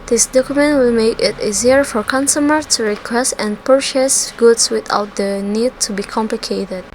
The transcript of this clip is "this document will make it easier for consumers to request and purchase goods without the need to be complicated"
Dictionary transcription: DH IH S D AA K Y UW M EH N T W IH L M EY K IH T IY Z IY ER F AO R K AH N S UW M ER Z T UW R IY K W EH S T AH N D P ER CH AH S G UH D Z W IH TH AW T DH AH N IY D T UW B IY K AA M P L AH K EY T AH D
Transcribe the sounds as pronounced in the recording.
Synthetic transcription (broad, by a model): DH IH S D AA K Y UW M EH N T W IH L M EY K IH T IY Z IY ER F AO R K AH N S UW M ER T UW R IY K W EH S T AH N P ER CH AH S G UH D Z W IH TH AW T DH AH N IY D T UW B IY K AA M P L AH K EY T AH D